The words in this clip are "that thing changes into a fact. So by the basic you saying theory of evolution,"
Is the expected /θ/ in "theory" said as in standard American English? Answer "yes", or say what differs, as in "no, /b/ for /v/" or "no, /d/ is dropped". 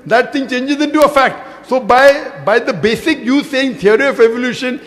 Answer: no, /t/ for /θ/